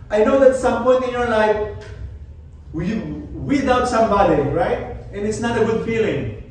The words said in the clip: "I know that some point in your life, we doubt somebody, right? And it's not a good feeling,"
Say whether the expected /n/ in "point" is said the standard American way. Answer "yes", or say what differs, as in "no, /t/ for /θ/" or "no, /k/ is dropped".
no, /n/ is dropped